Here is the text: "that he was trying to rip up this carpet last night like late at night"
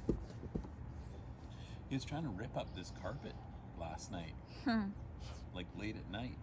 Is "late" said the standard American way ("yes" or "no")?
yes